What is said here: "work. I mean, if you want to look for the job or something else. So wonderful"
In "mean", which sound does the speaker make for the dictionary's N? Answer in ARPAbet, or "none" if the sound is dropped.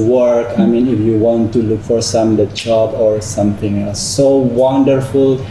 N